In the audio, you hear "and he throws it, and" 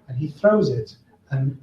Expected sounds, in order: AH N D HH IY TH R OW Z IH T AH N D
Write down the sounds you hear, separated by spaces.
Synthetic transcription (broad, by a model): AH N IY TH R OW Z IH T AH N